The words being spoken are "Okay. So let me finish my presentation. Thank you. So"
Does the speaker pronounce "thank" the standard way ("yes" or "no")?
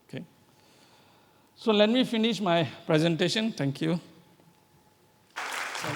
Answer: no